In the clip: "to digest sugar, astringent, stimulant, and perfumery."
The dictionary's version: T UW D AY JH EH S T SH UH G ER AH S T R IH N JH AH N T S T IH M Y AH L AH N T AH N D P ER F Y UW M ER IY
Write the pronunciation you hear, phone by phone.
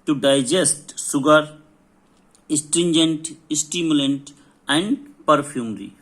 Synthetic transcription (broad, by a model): T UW D AY JH EH S T S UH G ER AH S T R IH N JH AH N T S T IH M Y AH L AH N T AH N D P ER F Y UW M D IY